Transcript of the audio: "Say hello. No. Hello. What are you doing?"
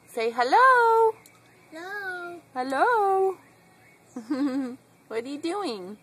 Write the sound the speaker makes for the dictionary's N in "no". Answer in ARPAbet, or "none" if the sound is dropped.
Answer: L